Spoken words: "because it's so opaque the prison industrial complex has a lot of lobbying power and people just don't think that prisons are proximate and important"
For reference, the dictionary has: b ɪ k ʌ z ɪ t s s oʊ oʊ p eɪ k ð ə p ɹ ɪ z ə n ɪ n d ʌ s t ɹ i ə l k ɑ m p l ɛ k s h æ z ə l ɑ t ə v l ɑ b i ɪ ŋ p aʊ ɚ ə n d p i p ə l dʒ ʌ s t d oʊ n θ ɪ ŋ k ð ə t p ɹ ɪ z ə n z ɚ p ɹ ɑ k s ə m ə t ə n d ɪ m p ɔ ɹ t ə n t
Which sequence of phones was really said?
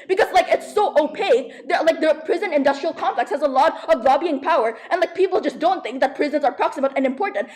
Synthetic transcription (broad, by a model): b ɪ k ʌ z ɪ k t s oʊ oʊ p eɪ k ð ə p ɹ ɪ z ə n ɪ n d ʌ s t ɹ i ə l k ɑ m p l ɛ k s h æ z ə l ɑ t ə v l ɑ b i ɪ ŋ p aʊ ɚ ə n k p i p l dʒ ʌ s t d oʊ n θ ɪ ŋ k ð ə t p ɹ ɪ z ə n z ɚ p ɹ ɑ k s ə m ə t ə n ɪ m p ɔ ɹ t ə n t